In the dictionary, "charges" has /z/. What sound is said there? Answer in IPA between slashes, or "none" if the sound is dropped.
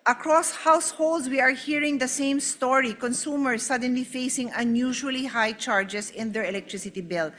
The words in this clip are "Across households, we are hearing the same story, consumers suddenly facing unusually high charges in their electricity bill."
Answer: /s/